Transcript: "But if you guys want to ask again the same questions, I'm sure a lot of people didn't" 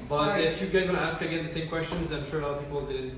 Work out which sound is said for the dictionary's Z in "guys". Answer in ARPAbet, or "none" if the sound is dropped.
Z